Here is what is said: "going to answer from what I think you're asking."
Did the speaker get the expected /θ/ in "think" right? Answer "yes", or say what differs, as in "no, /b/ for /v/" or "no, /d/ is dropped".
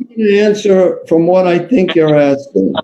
yes